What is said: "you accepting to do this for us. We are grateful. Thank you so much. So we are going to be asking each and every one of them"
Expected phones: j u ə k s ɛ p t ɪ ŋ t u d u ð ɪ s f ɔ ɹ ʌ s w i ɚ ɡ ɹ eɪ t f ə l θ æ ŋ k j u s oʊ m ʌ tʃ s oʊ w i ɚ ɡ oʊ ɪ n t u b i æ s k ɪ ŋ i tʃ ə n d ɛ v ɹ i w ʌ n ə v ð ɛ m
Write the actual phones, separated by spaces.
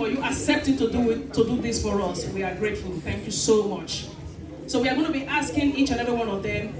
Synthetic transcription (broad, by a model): j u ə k s ɛ p t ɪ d t u d u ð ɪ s f ɔ ɹ ʌ s w i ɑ ɡ ɹ eɪ t f ə l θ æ ŋ k j u s oʊ m ʌ tʃ s oʊ w i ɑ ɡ oʊ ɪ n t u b i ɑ s k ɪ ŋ i tʃ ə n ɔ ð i w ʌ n ə v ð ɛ m